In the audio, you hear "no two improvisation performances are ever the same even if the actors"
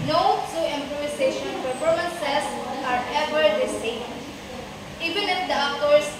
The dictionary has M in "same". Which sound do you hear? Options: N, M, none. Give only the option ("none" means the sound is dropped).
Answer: none